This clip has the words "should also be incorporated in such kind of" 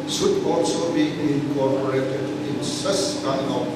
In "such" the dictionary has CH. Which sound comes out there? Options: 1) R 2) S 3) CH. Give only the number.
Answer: 2